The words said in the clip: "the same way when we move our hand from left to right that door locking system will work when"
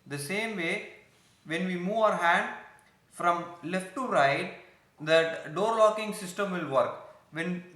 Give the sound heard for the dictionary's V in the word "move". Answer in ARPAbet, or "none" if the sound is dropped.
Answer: V